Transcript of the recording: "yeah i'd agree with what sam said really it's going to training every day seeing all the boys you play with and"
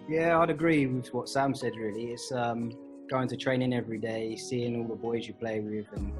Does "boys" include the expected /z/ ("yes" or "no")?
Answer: yes